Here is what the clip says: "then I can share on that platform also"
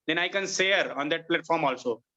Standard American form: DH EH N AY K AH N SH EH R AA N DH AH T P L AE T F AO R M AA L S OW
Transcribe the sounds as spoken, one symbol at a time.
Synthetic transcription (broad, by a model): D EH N AY K AH N S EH R AA N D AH T P L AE T F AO R M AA L S OW